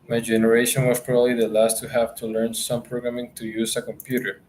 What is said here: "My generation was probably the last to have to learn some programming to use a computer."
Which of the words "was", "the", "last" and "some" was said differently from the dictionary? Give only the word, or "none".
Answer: was